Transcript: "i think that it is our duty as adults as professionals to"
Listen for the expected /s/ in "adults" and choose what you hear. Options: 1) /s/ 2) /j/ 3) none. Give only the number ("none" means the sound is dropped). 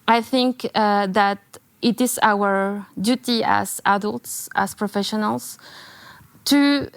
1